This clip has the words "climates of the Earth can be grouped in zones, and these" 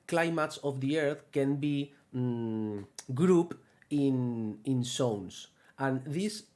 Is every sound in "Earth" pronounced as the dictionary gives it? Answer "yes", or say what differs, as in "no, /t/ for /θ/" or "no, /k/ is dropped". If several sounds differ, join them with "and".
yes